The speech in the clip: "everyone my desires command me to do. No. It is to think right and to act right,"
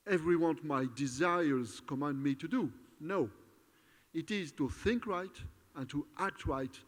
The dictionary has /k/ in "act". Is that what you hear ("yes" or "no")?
yes